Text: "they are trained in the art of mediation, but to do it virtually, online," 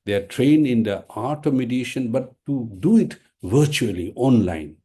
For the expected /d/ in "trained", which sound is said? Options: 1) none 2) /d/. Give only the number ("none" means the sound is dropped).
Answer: 1